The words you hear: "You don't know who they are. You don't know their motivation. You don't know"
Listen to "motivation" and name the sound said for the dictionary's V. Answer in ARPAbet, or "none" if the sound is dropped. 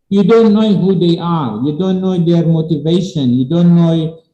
V